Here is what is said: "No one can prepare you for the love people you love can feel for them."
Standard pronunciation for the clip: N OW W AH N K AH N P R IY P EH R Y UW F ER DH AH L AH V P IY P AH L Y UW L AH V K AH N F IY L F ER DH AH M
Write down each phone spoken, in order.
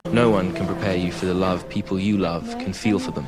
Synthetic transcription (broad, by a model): N OW W AH N K AH N P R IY P EH Y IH F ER DH AH L AH V P IY P AH L Y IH L AH V K AH N F IY L F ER DH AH M